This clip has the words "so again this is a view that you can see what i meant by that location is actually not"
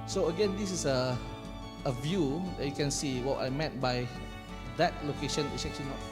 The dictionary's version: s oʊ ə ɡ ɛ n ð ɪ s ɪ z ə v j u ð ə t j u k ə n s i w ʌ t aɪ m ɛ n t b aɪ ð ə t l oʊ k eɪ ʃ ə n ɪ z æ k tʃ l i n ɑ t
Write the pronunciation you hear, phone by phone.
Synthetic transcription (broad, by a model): s oʊ ə ɡ ɛ n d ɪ s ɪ s ə v j u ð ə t j u k ə n s i w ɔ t aɪ m ɛ t b aɪ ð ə t l oʊ k eɪ ʃ ə n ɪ s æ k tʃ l i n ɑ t